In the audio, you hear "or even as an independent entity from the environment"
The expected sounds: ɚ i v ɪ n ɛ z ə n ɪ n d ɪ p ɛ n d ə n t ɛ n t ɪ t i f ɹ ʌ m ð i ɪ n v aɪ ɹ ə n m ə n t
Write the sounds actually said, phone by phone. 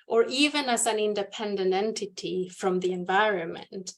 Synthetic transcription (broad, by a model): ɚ i v ɪ n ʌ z ə n ɪ n d ɪ p ɛ n d ə n t ɛ n t ɪ t i f ɹ ʌ m ð i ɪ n v aɪ ɹ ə n m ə n t